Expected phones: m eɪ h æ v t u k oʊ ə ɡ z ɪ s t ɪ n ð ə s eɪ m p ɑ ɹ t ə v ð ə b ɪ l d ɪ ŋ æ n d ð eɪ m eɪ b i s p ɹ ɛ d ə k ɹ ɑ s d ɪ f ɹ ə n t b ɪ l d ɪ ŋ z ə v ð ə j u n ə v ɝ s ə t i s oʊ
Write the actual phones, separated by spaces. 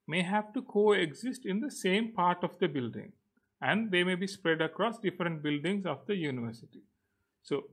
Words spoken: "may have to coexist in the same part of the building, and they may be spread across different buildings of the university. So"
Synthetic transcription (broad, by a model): m eɪ h æ v t u k oʊ ə ɡ z ɪ s t ɪ n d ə s eɪ m p ɑ ɹ t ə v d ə b ɪ l d ɪ ŋ æ n d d eɪ m eɪ b i s p ɹ ɛ d ə k ɹ ɑ s d ɪ f ɹ ə n t b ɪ l d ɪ ŋ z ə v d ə j u n ə v ɝ s ə t i s oʊ